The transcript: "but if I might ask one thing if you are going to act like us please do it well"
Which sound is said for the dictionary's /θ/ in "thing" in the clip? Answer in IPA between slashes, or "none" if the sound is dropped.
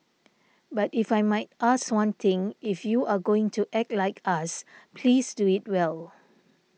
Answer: /t/